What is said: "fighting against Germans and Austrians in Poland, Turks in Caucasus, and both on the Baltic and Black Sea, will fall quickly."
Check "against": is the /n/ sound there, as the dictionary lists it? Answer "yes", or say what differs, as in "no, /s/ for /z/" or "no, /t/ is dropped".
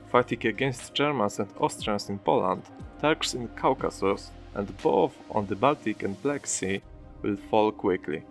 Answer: yes